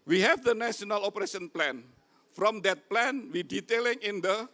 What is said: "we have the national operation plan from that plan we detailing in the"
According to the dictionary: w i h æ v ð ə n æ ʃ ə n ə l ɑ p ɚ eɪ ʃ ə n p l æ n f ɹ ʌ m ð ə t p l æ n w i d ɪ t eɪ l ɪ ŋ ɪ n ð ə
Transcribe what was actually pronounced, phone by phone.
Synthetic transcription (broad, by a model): w i h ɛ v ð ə n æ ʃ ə n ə l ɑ p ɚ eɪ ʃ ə n p l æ n f ɹ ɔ m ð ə t p l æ n w i d ɪ t eɪ l ɪ ŋ ɪ n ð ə